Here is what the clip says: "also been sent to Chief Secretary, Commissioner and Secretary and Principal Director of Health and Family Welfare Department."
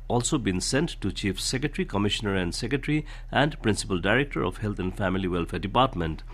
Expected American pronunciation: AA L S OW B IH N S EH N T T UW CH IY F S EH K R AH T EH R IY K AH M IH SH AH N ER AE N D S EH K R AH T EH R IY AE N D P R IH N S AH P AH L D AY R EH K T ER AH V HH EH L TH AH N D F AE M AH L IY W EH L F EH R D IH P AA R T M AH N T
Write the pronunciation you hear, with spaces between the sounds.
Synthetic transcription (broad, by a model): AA L S OW B IH N S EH N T T UW CH IY F S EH K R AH T R IY K AH M IH SH AH N ER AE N D S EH K R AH T R IY AE N D P R IH N S AH P AH L D AY R EH K T ER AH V HH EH L T AH N D F AE M AH L IY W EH L F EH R D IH P AA R T M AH N T